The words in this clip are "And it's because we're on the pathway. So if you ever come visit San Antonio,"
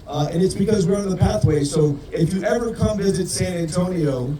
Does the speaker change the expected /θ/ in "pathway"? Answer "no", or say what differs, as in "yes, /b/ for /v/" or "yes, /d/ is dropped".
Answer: no